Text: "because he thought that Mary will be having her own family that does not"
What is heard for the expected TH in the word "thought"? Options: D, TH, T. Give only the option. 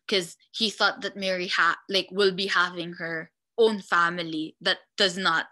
TH